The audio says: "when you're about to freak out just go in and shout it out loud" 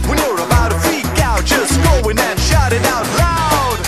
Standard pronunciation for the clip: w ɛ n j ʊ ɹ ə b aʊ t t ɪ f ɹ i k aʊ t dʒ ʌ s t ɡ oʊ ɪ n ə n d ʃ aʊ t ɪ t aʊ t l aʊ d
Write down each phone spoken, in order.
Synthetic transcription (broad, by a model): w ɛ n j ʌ ɹ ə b aʊ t t ɪ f i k aʊ t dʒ ʌ s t ɡ oʊ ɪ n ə n ʃ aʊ t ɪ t aʊ t l aʊ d